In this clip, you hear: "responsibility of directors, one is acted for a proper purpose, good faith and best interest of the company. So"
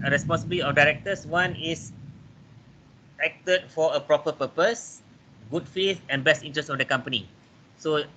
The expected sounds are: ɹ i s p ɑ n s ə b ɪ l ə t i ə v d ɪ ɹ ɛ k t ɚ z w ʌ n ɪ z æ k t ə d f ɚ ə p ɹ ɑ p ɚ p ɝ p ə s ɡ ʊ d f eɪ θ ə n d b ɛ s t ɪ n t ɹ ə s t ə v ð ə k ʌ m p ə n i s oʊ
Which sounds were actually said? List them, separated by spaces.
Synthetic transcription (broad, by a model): ɹ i s p ɑ n s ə b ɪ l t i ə f d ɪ ɹ ɛ k t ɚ s w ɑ n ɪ s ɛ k t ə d f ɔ ə p ɹ ɑ p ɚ p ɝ p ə s ɡ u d f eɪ t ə n b ɛ s t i n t ɹ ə s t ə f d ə k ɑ m p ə n i s oʊ